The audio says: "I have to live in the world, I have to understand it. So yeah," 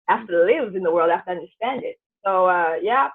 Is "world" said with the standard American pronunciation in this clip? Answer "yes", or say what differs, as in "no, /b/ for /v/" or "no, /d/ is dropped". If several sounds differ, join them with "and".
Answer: yes